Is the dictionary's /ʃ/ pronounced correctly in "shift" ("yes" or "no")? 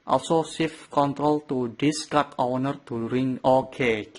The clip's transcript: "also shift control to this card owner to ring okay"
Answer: no